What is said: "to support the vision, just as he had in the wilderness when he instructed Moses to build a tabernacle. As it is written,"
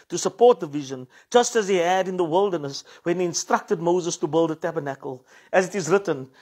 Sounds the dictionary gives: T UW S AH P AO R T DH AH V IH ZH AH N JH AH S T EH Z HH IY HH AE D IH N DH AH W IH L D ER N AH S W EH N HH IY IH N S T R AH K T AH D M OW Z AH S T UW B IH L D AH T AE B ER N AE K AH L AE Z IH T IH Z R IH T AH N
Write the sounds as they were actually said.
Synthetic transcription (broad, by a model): T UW S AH P AO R T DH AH V IH ZH AH N JH AH S T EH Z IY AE D IH N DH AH W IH L D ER N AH S W EH N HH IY IH N S T R AH K T AH D M OW Z AH S T UW B IH L D AH T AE B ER N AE K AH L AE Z IH T IH Z R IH T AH N